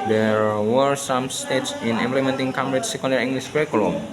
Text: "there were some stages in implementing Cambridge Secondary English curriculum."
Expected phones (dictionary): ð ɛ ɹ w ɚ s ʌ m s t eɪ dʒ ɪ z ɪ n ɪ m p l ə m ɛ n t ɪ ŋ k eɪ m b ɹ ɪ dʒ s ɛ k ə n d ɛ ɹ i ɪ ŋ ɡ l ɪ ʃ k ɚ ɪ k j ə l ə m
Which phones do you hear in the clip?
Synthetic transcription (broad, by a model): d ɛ ɹ w ɚ s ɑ m s t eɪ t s ɪ n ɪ m p l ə m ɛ n t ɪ ŋ k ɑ m ɹ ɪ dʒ s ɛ k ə n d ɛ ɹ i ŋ ɡ l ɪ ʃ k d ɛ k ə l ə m